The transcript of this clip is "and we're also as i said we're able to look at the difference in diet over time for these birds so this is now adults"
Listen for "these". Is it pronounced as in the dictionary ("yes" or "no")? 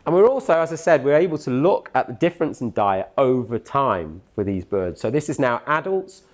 yes